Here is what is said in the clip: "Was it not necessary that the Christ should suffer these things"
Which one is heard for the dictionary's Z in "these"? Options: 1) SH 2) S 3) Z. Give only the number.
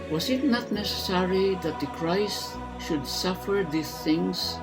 2